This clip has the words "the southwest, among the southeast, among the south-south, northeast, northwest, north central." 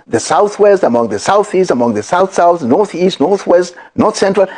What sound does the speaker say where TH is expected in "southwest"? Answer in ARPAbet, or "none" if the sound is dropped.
TH